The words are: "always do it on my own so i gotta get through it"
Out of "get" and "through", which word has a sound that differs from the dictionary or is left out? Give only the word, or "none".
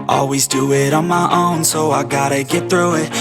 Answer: none